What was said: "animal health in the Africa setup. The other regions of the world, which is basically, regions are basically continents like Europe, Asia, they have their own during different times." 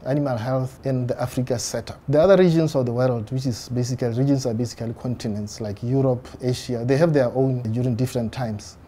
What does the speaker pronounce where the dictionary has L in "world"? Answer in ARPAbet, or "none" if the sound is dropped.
L